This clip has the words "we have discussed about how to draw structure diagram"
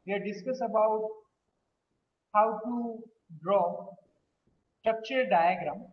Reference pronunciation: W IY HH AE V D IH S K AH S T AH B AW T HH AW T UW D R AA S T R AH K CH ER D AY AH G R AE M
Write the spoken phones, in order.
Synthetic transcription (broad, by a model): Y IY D D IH S K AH S AH B AW T HH AW T UW D R AA T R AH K CH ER D AY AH G R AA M